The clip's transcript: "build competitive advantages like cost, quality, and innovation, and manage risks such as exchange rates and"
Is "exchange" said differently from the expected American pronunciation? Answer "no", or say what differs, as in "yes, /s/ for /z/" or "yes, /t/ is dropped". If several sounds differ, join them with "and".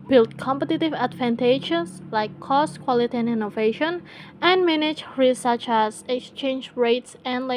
no